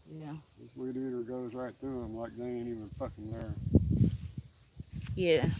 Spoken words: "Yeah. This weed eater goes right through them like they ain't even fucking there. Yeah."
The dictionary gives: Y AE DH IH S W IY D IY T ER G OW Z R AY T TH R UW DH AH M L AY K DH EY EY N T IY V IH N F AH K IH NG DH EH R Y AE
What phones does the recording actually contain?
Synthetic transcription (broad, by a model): Y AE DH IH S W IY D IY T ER G OW Z R AY T TH R UW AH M L AY K DH EY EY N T IY V IH N F AH K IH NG DH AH R Y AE